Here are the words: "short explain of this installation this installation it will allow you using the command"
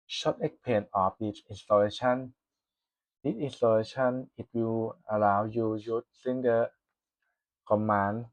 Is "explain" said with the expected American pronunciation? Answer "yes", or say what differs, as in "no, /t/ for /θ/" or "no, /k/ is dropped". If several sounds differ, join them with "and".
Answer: no, /s/ is dropped and /l/ is dropped